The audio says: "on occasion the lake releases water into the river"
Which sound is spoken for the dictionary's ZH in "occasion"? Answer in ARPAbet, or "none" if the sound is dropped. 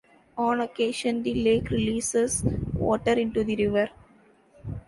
SH